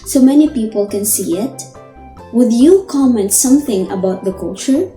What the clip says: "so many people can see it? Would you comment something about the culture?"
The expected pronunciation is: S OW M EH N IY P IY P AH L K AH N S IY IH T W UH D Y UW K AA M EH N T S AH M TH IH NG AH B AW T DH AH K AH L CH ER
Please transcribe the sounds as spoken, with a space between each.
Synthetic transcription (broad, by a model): S OW M EH N IY P IY P AH L K AH N S IY IH T W UH D Y UW K AA M EH N T S AH M TH IH NG AH B AW T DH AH K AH L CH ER